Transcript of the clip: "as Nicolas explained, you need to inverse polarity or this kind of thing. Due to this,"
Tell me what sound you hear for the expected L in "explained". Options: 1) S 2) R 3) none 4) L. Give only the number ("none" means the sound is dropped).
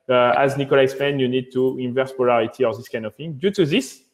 3